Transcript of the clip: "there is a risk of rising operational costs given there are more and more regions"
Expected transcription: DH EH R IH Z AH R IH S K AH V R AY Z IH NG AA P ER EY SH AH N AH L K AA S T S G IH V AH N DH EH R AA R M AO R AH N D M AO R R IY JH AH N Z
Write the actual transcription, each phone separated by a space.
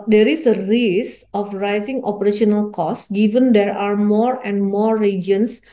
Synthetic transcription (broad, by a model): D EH R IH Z AH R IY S AH F R AY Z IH NG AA P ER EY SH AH N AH L K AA S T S G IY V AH N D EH R AA R M AO R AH N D M AO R R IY JH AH N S